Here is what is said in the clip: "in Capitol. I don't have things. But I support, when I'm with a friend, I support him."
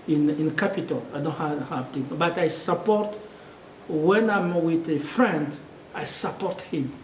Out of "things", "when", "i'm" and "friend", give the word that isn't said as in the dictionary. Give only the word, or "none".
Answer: things